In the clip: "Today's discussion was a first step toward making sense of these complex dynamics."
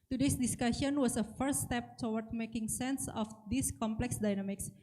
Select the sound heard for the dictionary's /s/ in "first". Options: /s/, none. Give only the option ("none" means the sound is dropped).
none